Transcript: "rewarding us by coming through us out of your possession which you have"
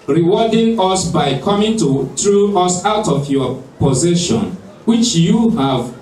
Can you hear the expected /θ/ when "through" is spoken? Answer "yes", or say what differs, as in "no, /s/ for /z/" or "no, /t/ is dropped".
no, /t/ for /θ/